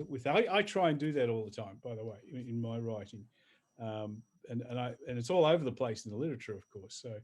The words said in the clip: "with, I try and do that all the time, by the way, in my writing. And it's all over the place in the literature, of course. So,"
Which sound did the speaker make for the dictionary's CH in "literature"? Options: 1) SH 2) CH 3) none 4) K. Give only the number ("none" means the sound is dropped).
2